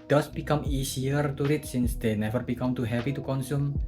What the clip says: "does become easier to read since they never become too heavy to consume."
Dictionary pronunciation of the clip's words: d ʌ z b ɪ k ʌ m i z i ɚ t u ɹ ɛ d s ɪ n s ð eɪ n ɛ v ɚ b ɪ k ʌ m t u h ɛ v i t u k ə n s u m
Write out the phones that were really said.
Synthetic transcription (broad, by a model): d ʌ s b ɪ k ʌ m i s i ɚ t u ɹ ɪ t s ɪ n s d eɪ n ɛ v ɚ b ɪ k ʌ m t u h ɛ p i t u k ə n s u m